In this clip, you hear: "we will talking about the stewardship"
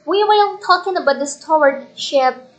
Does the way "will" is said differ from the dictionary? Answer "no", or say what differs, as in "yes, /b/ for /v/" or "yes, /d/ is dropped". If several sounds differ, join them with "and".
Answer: yes, /n/ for /l/